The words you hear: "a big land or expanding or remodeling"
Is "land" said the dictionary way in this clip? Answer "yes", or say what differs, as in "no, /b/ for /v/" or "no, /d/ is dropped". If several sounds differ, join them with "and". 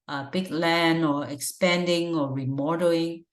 no, /d/ is dropped